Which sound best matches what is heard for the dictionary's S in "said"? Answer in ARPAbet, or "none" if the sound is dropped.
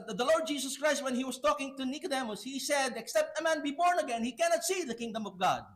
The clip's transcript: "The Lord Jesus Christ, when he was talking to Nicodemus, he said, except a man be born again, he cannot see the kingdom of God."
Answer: S